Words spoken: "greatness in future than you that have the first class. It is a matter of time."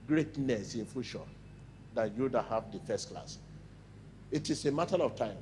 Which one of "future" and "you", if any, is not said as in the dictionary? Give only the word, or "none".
future